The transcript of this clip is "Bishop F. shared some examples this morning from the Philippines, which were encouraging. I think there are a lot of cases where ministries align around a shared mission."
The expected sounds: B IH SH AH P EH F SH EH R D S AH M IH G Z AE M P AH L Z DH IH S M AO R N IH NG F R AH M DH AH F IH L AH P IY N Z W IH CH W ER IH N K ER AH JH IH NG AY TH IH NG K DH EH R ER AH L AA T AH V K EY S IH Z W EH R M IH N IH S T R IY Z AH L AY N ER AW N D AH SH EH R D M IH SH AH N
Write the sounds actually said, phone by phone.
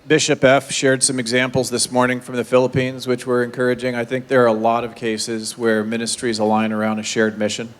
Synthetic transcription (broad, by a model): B IH SH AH P EH F SH EH R D S AH M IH G Z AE M P L Z DH IH S M AO R N IH NG F R AH M DH AH F IH L AH P IY N Z W IH CH W ER IH N K ER AH JH IH NG AY TH IH NG K DH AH R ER AH L AA T AH V K EY S IH Z W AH R M IH N IH S T R IY Z AH L AY N ER AW N D AH SH EH R D M IH SH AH N